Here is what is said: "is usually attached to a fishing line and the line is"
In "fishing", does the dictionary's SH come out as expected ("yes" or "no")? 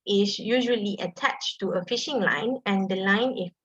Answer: yes